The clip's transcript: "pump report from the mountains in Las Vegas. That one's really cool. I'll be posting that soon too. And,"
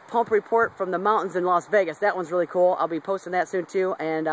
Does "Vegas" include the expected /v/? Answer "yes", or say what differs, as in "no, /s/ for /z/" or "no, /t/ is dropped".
yes